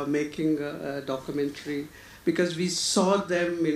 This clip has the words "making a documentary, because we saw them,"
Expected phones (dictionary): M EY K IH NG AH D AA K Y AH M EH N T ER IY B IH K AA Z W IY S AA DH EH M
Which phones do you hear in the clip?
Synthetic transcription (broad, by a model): M EY K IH NG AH D AA K Y AH M EH N T ER IY B IH K AA Z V IY S AA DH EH M